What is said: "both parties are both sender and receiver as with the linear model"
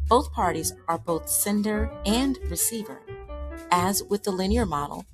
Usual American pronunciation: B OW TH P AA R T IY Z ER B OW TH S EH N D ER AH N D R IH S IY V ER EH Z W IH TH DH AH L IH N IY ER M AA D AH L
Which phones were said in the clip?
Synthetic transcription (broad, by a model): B OW TH P AA R T IY Z ER B OW TH S EH N D ER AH N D R IH S IY V ER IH Z W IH DH AH L IH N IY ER M AA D L